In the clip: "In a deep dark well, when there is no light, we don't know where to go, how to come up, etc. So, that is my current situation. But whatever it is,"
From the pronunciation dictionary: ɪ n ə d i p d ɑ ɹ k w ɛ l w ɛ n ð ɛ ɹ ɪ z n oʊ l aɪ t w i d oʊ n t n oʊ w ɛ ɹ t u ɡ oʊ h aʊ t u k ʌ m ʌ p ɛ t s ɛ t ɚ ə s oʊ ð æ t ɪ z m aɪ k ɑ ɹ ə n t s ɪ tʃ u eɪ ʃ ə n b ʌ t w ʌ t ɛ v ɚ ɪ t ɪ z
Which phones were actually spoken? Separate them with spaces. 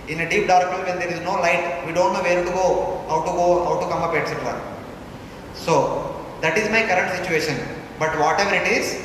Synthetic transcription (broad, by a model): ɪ n ə d i p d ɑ ɹ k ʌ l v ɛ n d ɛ ɹ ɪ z n oʊ l aɪ t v i d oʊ n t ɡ oʊ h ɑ w t u ɡ oʊ h aʊ t u k ʌ m ʌ p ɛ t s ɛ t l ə s oʊ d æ t ɪ z m aɪ k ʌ ɹ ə n t s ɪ tʃ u eɪ ʃ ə n b ʌ t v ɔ t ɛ v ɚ ɪ t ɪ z